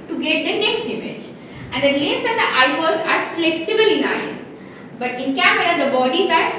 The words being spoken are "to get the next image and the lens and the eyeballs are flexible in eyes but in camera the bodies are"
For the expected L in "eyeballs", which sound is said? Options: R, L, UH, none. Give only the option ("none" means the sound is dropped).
none